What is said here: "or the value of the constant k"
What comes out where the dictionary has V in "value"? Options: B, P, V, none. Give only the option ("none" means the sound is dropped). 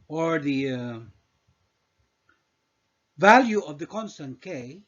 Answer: V